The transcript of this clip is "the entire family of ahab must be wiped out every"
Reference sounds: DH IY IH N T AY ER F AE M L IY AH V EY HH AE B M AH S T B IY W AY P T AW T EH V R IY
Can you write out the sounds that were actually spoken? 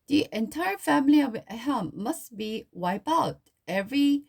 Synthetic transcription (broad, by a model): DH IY IH N T AY ER F AE M L IY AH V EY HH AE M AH S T B IY W AY P AW T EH V R IY